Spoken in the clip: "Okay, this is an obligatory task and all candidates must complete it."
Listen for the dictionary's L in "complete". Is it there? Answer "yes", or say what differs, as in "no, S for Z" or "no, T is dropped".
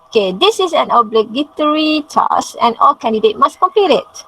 no, L is dropped